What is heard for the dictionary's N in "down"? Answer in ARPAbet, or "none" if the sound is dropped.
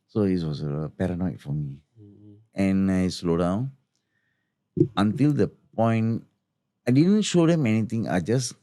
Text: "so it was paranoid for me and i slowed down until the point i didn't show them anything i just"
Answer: N